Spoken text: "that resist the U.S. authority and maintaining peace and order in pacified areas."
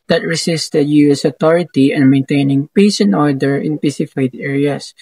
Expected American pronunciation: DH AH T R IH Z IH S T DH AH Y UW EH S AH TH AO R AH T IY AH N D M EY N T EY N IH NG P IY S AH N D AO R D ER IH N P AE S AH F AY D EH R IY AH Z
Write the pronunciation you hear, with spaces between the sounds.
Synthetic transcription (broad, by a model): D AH T R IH S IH S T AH Y UW EH S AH T AO R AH T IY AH N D M EY N T EY N IH NG P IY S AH N AO R D ER IH N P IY S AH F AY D EH R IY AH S